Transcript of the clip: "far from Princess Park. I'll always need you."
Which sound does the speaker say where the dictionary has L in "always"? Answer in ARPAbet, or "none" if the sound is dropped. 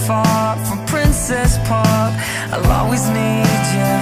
none